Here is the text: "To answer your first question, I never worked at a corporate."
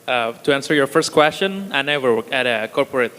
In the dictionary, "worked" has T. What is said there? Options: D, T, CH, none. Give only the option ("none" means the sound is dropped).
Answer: none